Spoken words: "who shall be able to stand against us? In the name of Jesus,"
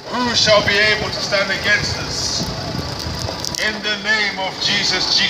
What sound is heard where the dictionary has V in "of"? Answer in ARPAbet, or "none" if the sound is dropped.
V